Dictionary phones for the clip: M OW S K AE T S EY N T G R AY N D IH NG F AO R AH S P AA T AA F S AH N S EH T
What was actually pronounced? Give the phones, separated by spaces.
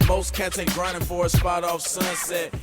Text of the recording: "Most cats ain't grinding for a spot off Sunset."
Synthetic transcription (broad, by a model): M OW S K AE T EY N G R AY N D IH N F AO R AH S P AA T AA F S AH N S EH T